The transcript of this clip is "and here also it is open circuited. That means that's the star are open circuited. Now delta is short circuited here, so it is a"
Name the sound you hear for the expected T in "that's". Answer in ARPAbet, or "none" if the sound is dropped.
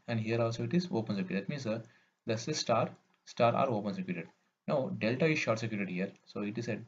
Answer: S